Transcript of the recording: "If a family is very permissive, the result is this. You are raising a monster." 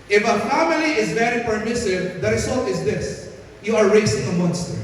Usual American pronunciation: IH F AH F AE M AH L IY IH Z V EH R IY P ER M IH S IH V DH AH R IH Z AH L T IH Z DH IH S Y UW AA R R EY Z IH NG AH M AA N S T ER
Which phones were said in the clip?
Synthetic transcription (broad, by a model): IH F AH F AE M AH L IY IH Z V EH R IY P ER M IH S IH V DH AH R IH S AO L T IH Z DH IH S Y UW AA R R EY S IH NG AH M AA N S T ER